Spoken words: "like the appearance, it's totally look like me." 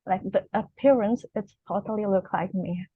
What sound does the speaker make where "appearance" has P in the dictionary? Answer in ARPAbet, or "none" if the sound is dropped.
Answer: P